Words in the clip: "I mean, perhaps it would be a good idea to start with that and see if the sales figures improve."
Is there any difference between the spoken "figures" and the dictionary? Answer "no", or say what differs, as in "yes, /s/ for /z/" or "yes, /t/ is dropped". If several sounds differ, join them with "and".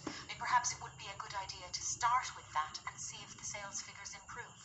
no